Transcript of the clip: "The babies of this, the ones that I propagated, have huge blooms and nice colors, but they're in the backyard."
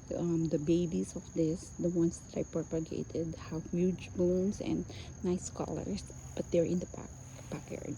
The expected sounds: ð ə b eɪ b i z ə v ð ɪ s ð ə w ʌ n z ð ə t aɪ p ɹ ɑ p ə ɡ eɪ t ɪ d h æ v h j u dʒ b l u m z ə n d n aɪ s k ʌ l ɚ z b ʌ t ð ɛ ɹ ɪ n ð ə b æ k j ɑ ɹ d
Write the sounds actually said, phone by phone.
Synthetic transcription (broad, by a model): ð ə b eɪ b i s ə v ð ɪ s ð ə w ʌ n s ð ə t aɪ p ɹ ɑ p ə ɡ eɪ t ɪ d h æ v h j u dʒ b u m s ə n d n aɪ s k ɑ l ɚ s b ʌ t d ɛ ɹ ɪ n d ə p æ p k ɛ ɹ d